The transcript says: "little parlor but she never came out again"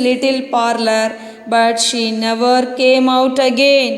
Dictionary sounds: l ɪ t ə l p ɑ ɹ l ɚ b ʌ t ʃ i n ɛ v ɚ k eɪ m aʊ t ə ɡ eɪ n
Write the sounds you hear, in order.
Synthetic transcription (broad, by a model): l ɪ t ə l p ɑ ɹ l ɚ b ʌ t ʃ i n ɛ v ɚ k eɪ m aʊ t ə ɡ eɪ n